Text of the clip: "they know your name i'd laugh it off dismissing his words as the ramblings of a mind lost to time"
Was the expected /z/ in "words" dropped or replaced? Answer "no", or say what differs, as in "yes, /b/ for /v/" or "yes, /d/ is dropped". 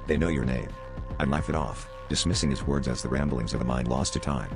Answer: no